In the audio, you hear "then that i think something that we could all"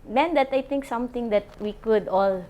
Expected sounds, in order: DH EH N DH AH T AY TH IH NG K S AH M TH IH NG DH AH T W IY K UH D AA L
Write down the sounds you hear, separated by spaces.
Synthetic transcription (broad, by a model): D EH N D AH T AY T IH NG K S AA M T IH NG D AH T W IY K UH D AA L